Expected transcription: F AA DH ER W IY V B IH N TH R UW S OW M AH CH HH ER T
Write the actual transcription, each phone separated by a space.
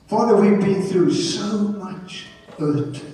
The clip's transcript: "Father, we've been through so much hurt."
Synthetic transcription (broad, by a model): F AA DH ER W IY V B IH N TH R UW S OW M AH CH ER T